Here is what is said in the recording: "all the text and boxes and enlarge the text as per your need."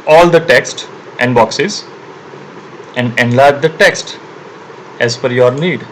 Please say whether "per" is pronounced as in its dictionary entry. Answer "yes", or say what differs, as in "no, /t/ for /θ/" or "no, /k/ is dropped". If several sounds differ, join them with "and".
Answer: no, /f/ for /p/